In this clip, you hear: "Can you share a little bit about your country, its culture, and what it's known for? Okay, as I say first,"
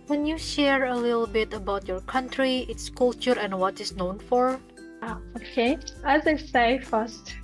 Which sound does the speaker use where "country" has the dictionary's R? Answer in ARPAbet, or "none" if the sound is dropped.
R